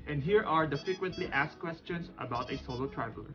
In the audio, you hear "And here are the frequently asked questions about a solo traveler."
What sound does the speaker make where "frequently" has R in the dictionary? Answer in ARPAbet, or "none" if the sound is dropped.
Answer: none